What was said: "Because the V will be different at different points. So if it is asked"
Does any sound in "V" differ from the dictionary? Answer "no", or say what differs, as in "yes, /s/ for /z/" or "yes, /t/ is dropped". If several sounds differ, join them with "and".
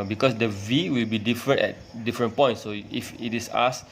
no